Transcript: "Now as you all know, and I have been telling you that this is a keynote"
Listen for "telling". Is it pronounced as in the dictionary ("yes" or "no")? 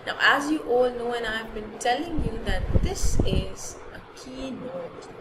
yes